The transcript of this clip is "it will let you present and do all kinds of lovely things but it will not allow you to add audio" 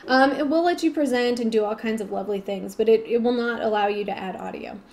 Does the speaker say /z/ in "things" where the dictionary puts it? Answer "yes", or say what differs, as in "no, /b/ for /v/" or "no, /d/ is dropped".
yes